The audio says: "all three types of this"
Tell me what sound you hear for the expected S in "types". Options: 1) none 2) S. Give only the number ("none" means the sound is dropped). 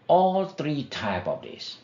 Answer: 1